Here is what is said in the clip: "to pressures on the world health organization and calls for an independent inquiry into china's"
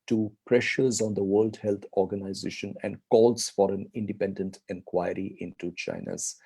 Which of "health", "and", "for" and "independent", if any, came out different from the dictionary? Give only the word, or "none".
health